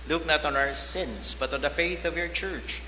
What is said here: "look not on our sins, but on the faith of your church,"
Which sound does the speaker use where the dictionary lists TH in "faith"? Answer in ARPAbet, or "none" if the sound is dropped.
TH